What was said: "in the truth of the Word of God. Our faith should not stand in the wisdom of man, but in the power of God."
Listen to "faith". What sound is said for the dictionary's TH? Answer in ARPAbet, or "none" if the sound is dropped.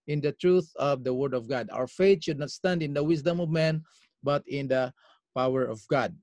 T